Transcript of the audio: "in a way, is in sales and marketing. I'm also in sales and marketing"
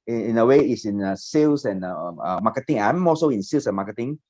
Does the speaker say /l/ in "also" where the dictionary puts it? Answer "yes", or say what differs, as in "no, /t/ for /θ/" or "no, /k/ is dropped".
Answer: no, /l/ is dropped